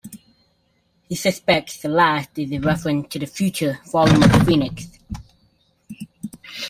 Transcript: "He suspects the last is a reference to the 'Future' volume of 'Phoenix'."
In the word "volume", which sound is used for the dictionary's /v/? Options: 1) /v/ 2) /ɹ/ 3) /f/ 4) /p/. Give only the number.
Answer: 3